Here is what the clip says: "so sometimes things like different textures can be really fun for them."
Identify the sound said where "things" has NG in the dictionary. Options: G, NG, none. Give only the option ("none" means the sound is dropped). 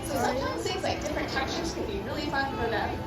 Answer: none